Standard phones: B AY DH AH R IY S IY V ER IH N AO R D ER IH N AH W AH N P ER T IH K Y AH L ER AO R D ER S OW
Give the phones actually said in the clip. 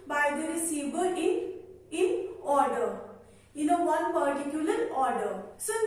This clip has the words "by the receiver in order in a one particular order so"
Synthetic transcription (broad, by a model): B AY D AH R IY S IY B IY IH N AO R D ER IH L AH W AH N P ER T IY K Y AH L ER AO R D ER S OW